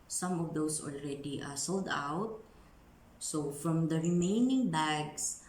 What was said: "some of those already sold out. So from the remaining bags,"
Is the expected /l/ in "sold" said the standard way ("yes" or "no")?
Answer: yes